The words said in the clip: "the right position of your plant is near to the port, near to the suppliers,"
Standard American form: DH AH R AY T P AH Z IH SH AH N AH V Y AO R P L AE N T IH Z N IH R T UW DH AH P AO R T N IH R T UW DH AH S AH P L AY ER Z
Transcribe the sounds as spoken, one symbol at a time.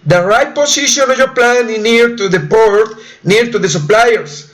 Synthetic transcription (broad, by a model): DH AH R AY T P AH S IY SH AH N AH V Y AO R P L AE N IH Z N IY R T UW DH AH P AO R T N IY R T UW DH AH S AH P L AY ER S